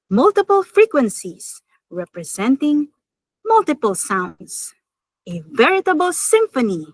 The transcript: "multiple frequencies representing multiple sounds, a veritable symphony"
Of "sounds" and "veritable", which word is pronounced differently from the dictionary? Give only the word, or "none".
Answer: sounds